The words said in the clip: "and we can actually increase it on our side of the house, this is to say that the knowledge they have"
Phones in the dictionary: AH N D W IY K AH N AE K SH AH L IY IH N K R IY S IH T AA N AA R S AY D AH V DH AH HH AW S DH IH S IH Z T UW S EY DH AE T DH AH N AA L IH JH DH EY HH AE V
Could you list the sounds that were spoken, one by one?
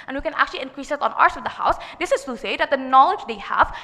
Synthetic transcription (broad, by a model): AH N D W IY K AH N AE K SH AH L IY IH N K R IY S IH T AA N AA R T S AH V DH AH HH AW S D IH S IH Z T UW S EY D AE T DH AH N AA L IH JH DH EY HH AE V